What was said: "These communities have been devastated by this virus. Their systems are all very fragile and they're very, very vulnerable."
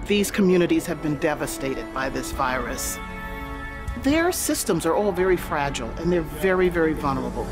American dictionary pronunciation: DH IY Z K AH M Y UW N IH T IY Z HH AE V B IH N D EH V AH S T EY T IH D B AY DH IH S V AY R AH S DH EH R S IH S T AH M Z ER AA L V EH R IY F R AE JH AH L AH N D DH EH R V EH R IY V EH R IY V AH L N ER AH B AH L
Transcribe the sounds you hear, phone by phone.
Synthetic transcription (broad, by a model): DH IY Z K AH M Y UW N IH T IY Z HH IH V B IH N D EH V AH S T EY T IH D B AY DH IH S V AY R AH S DH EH R S IH S T AH M Z ER AA L V EH R IY F R AE JH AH L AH N DH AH R V EH R IY V EH R IY V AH L N ER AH B L